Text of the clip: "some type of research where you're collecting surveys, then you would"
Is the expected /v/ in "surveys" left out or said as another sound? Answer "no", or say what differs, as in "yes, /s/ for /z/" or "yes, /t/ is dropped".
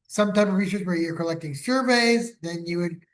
no